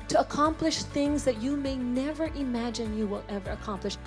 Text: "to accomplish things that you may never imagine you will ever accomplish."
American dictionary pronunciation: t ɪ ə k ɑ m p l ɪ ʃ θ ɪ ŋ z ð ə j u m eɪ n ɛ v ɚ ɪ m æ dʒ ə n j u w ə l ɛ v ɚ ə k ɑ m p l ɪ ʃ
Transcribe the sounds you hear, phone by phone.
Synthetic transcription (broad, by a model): t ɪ ə k ɑ m p l ɪ ʃ θ ɪ ŋ z ð ə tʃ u m eɪ n ɛ v ɚ ɪ m æ dʒ ə n j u w ə l ɛ v ɚ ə k ɑ m p l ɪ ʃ